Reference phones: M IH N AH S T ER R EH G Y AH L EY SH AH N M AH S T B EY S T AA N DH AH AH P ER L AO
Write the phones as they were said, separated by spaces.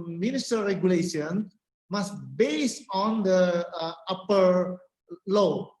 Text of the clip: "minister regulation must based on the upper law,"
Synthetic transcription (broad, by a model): M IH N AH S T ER R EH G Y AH L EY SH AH N M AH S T B EY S AA N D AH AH P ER L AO